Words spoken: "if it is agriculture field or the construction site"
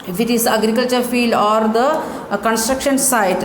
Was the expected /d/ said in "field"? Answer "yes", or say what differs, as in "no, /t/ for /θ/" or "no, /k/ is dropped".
yes